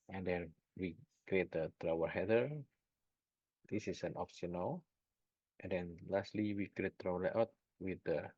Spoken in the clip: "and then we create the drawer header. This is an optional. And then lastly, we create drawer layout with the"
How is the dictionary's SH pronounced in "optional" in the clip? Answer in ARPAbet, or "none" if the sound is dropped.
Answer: S